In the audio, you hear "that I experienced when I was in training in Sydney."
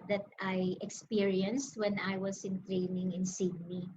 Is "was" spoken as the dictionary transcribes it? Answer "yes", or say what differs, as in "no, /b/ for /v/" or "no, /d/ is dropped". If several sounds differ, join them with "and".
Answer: no, /s/ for /z/